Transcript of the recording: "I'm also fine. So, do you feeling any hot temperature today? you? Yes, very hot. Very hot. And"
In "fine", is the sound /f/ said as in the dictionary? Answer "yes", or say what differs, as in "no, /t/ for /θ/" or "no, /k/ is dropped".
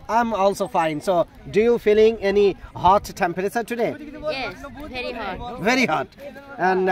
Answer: yes